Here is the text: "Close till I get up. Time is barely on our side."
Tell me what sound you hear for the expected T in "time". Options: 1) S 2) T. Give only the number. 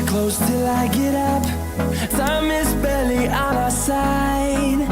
1